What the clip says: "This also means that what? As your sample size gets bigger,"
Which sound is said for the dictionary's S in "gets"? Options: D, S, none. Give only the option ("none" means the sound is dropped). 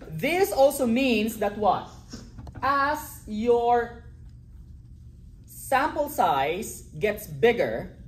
S